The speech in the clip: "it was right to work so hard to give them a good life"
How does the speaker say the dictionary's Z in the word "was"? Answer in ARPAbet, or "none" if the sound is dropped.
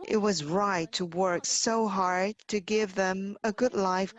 Z